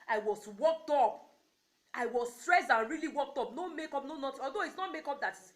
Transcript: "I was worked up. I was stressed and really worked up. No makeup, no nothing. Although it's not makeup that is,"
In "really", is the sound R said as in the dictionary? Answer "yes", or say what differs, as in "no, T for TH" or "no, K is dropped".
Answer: yes